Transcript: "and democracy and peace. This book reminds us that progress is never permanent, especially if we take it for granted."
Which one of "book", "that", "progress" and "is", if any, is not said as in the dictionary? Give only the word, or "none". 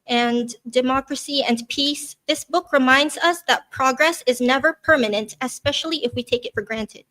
none